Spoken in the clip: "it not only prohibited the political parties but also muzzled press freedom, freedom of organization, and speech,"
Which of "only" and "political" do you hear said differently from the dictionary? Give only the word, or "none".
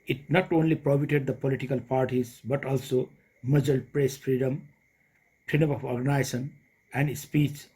none